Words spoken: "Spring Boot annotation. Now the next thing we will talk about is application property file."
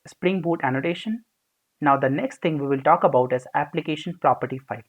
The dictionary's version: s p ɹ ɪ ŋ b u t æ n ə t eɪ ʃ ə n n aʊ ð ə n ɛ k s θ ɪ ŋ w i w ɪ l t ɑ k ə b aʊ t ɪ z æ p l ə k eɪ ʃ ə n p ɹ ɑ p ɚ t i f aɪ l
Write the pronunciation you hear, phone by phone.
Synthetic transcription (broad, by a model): s p ɹ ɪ ŋ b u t æ n ə t eɪ ʃ ə n n aʊ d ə n ɛ k s t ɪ ŋ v i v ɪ l t ɑ k ə b aʊ t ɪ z æ p l ə k eɪ ʃ ə n p ɹ ɑ p ɚ t i f aɪ l